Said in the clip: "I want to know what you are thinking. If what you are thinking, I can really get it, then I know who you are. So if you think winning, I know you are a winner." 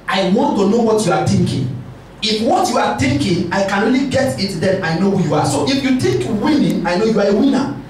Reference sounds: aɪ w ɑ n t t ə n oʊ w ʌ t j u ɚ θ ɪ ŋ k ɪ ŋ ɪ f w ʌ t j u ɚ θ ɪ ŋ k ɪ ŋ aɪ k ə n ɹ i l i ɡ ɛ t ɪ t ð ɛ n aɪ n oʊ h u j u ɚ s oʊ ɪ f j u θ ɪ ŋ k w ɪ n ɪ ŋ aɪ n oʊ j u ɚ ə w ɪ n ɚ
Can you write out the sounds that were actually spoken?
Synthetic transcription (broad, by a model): aɪ w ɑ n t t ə n oʊ w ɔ t j u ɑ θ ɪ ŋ k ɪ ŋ ɪ f w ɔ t j u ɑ t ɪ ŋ k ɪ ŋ aɪ k ə n ɹ i l i ɡ ɛ t ɪ t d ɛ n aɪ n oʊ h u j u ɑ s oʊ ɪ f j u t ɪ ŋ k w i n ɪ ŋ aɪ n oʊ j u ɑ ə w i n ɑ